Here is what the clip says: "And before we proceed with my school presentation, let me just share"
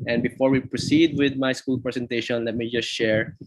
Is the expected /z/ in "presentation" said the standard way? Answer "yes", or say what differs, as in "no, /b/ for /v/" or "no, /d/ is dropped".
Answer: no, /s/ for /z/